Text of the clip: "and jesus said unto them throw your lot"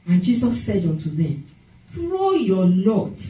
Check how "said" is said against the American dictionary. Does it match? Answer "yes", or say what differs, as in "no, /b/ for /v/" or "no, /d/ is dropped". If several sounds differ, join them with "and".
yes